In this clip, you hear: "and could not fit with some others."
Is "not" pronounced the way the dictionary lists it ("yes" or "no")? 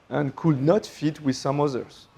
yes